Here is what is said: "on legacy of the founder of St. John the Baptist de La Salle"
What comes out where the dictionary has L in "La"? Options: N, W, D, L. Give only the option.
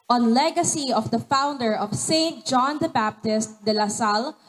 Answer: L